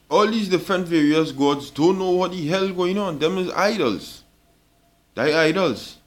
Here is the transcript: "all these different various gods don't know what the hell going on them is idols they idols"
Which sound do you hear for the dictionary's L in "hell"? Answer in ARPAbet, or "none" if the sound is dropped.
L